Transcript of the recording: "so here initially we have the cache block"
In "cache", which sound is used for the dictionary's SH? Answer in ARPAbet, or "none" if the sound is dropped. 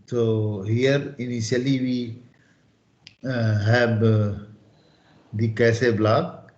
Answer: S